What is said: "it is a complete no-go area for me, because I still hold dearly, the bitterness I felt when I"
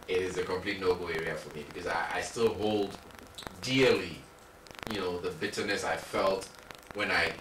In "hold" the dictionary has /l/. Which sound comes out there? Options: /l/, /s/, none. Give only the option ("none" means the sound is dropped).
/l/